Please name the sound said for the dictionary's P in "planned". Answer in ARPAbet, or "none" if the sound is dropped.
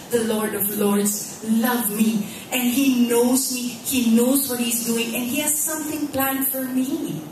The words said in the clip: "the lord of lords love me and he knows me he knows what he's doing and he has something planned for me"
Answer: P